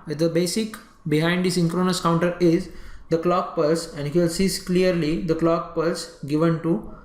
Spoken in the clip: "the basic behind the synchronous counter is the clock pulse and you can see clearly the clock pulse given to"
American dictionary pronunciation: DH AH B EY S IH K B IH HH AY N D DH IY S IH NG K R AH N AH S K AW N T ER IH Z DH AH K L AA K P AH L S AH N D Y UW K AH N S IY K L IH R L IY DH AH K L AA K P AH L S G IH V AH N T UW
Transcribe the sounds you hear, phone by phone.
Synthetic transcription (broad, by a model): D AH B EY S IH K B IH HH AY N D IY S IH NG K R AH N AH S K AW N T ER IH Z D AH K L AA K P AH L S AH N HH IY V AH L S IY K L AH R L IY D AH K L AA K P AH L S G IH V AH N T UW